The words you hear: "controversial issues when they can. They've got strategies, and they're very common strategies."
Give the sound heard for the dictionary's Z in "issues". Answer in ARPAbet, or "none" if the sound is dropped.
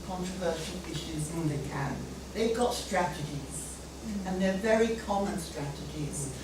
Z